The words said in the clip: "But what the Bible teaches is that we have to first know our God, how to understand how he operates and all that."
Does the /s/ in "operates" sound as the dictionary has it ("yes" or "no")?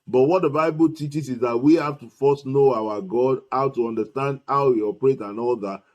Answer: no